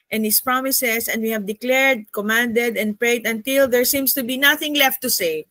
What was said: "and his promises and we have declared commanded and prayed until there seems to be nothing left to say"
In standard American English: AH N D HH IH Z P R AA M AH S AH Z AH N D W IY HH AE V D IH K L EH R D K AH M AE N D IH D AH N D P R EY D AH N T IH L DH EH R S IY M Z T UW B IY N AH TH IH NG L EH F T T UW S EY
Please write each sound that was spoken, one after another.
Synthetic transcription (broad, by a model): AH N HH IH S P R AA M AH S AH S AH N D W IY HH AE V D IH K L EH R D K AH M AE N D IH D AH N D P R EY D AH N T IH L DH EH R S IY M S T UW B IY N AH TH IH NG L EH F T T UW S EY